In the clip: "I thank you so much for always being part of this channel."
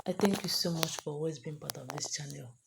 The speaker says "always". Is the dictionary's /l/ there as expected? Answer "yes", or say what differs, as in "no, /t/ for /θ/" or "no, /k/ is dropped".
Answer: no, /l/ is dropped